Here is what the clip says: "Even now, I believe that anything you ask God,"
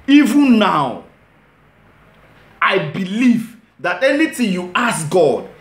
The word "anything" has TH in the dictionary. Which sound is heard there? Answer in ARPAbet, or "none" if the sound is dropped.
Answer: T